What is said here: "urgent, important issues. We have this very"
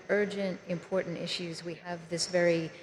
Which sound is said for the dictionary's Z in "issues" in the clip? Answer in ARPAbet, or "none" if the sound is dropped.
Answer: Z